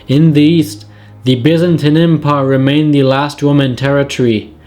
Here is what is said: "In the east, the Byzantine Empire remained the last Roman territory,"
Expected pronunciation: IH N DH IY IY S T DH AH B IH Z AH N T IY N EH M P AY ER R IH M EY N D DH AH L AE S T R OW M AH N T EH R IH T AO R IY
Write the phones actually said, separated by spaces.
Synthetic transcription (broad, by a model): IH N DH IY IY S T DH AH B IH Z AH N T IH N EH M P AY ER R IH M EY N DH AH L AE S T W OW M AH N T EH R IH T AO R IY